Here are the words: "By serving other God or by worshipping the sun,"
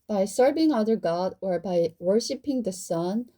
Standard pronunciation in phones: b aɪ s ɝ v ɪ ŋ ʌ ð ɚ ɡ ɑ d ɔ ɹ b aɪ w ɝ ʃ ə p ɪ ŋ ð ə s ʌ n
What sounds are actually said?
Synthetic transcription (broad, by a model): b aɪ s ɝ v ɪ ŋ ʌ ð ɚ ɡ ɑ d ɔ ɹ b aɪ w ɝ ʃ ə p ɪ ŋ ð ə s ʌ n